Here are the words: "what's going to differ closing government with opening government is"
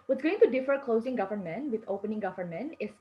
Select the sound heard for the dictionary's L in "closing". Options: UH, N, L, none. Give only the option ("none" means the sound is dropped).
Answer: L